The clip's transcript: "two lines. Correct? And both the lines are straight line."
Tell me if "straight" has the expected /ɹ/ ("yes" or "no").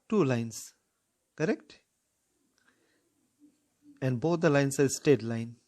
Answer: no